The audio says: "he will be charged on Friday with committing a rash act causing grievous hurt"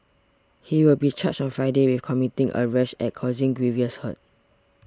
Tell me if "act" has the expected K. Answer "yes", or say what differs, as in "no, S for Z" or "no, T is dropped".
no, K is dropped